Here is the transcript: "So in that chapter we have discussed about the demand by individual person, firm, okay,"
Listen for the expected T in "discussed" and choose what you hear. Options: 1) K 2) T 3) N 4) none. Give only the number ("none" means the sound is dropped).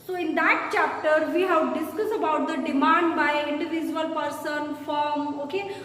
4